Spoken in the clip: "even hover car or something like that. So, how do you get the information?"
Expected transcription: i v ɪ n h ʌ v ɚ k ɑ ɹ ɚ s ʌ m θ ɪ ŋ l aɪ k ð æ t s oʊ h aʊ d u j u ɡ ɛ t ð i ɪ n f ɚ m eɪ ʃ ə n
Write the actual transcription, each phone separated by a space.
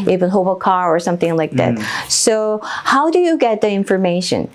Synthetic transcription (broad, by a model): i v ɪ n h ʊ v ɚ k ɑ ɹ ɚ s ʌ m θ ɪ ŋ l aɪ k ð æ t s oʊ h aʊ d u j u ɡ ɛ t ð i ɪ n f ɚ m eɪ ʃ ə n